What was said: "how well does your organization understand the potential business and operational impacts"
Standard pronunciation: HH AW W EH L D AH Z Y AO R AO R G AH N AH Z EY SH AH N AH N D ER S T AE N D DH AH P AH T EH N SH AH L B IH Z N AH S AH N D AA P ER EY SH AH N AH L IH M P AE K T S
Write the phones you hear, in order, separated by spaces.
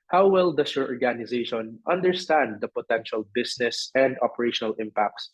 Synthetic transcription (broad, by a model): HH AW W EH L D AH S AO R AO R G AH N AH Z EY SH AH N AH N D ER S T AE N D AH P AH T EH N SH AH L B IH S N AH S AH N D AA P ER EY SH AH N AH L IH M P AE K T S